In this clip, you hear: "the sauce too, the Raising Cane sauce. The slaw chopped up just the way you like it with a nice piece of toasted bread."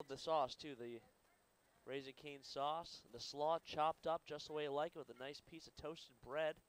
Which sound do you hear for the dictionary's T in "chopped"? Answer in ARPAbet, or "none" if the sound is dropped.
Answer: T